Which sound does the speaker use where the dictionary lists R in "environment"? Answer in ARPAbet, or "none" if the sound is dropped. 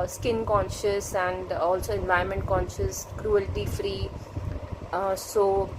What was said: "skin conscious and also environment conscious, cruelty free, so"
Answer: none